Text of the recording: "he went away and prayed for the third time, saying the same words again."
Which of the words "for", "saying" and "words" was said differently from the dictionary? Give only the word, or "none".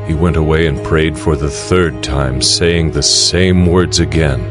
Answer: none